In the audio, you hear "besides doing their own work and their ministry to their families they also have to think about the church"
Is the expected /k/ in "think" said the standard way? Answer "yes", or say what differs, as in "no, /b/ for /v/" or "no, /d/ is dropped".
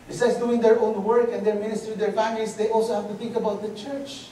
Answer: yes